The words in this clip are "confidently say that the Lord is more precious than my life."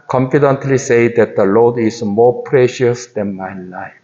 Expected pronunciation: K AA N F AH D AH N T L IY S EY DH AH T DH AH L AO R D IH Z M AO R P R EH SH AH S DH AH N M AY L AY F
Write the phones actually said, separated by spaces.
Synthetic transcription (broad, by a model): K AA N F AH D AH N T L IY S EY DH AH T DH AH L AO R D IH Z M AO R P R EH SH AH S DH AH N M AY L AY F